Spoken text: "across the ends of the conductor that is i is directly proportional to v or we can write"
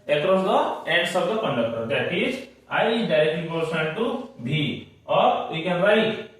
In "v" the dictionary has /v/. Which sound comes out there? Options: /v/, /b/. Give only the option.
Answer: /b/